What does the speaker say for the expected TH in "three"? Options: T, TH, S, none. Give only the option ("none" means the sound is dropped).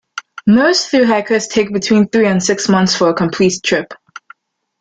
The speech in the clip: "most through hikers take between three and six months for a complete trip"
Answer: TH